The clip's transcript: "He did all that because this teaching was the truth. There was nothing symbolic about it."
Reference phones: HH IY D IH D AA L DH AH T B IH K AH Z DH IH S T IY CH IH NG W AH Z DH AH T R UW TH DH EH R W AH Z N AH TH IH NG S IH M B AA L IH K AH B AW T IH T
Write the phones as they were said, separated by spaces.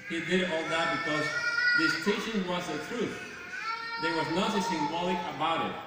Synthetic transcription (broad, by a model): HH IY D IH D AA L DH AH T B IH K AH Z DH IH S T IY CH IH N W AH Z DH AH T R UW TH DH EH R W AH Z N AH S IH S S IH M B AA L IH K AH B AW T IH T